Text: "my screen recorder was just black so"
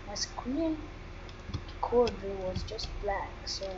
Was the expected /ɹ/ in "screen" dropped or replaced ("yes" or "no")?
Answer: yes